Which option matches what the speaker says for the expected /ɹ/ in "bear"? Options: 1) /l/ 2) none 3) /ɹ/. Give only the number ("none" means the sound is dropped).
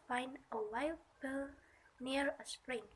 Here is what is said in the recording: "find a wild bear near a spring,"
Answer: 1